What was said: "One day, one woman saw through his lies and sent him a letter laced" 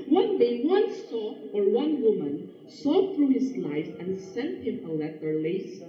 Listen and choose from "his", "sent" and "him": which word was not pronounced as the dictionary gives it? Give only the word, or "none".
his